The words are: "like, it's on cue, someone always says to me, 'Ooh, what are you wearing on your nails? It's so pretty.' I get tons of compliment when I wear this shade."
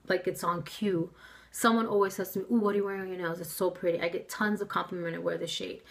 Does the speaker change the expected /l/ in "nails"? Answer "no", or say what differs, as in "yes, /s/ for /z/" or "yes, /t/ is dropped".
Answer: yes, /l/ is dropped